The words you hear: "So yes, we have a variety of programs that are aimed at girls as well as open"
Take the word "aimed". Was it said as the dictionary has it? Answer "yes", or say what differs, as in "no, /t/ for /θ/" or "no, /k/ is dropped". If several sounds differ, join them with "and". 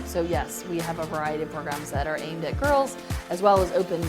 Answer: yes